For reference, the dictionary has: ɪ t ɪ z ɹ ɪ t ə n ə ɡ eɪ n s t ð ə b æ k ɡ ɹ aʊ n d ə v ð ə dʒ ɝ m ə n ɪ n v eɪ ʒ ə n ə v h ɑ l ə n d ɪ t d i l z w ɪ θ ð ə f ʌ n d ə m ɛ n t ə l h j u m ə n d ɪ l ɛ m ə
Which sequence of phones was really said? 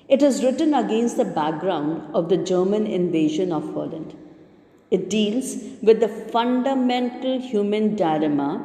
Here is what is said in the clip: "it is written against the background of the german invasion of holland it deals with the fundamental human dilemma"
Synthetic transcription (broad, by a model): ɪ t ɪ z ɹ ɪ t ə n ə ɡ eɪ n s t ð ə b æ k ɡ ɹ aʊ n d ə v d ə dʒ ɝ m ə n ɪ n v eɪ ʒ ə n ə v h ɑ l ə n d ɪ t d i l z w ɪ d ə f ʌ n d ə m ɛ n t ə l h j u m ə n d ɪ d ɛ m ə